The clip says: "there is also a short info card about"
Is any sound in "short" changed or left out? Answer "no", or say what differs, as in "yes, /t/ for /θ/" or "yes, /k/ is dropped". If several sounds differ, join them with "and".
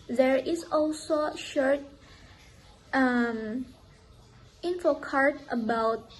no